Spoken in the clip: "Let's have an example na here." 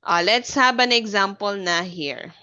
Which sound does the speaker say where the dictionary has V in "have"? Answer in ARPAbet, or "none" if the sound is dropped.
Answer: B